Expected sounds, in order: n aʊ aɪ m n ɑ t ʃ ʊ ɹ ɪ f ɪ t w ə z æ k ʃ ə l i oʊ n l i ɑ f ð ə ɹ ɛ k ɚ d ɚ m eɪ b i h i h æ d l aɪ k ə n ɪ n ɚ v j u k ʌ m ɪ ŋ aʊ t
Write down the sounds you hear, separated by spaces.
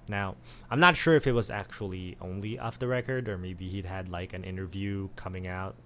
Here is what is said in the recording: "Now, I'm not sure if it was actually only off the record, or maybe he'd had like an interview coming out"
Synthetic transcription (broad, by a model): n aʊ aɪ m n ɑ t ʃ ʊ ɹ ɪ f ɪ t w ə z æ k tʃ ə l i oʊ n l i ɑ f ð ə ɹ ɛ k ɚ d ɚ m eɪ b i h i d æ d l aɪ k ə n ɪ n ɚ v j u k ʌ m ɪ ŋ aʊ t